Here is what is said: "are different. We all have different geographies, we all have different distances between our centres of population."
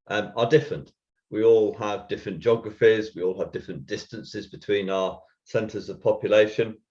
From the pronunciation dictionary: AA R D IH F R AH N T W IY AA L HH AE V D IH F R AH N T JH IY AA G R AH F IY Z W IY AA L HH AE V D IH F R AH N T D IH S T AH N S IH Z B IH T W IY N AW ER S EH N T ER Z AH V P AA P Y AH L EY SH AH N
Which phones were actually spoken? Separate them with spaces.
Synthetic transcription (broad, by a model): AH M D IH F R AH N T W IY AA L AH V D IH F R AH N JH AA G R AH F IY Z W IY AA L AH V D IH F R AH N D IH S T AH N S IH Z B IH T W IY N AW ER S EH N T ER Z AH V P AA P Y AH L EY SH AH N